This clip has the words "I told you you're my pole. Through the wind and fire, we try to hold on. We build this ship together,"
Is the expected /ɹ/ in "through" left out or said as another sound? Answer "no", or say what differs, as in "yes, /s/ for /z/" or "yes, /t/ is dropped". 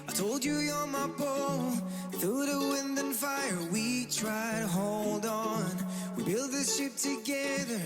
yes, /ɹ/ is dropped